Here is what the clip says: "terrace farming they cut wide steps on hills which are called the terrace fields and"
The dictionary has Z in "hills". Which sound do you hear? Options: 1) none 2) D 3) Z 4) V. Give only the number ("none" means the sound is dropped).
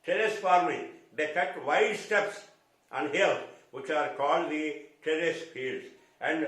1